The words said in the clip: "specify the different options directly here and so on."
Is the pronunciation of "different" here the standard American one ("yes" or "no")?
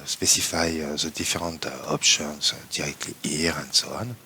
no